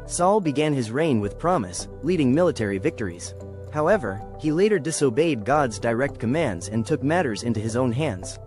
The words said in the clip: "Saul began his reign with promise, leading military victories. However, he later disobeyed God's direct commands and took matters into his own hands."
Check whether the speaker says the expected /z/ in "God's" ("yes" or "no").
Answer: yes